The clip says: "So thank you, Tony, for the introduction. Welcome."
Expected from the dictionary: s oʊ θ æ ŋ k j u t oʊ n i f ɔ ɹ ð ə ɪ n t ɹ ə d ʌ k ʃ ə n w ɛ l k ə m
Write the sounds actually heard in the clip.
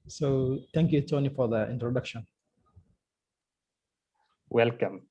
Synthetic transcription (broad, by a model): s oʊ t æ ŋ k j u t oʊ n i f ɔ ɹ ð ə ɪ n t ɹ ə d ʌ k ʃ ə n w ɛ l k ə m